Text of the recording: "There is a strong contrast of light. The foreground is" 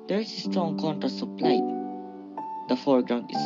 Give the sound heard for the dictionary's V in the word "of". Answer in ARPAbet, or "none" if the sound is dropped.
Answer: P